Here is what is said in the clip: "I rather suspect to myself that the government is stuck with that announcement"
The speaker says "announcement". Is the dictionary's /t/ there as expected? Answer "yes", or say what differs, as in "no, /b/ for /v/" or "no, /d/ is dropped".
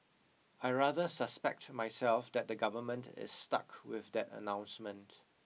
yes